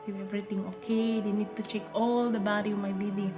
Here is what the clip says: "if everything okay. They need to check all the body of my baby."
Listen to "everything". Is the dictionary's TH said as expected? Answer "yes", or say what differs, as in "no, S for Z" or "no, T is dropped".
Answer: no, T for TH